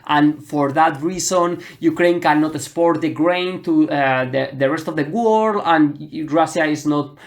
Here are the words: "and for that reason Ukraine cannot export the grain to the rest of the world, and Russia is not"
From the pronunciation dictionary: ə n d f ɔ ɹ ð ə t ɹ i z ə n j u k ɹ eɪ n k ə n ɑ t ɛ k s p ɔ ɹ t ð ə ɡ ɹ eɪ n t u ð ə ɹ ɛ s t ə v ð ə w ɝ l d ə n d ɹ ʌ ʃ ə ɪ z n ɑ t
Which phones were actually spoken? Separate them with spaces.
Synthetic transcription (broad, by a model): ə n f ɔ ɹ ð ə t ɹ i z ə n j u k ɹ eɪ n k ə n ɑ t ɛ s p ɔ ɹ t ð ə ɡ ɹ eɪ n t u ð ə ɹ ɛ s t ə v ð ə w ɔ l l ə n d ɹ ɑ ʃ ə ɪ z n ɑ t